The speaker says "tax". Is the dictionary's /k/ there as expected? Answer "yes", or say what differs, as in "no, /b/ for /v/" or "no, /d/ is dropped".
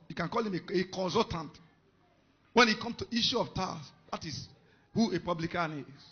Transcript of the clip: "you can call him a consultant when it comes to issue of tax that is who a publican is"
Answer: no, /k/ is dropped